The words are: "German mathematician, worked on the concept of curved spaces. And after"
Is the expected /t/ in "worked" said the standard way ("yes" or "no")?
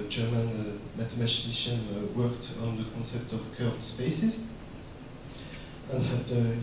yes